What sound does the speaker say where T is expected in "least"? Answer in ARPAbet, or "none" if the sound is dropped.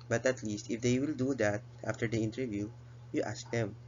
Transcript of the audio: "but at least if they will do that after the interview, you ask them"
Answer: T